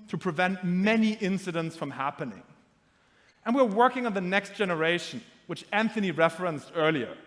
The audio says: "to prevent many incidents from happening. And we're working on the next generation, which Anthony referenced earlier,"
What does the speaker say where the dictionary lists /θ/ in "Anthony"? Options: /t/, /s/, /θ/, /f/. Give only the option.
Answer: /θ/